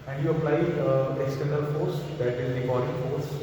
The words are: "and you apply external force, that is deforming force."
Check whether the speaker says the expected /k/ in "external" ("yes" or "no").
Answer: no